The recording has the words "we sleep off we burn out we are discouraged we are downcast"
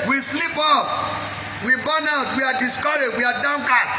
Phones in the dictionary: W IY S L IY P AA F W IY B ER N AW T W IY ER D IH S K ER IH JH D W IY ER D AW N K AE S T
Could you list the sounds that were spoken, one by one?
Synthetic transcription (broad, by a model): W IY S L IY P AA P W IY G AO N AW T W IY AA D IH S K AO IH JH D W IY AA D AW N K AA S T